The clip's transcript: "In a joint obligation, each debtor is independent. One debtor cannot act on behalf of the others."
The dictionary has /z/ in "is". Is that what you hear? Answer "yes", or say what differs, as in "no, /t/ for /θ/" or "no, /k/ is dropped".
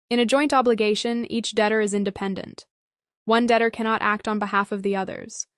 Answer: yes